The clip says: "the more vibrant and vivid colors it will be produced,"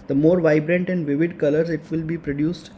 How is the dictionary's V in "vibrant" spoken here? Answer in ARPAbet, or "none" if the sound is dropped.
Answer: V